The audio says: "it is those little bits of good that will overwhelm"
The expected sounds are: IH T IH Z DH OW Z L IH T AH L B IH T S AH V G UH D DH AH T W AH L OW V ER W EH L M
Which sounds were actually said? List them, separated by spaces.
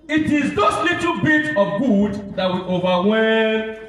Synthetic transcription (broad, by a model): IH T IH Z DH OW S L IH T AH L B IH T AH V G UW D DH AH T W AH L OW V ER W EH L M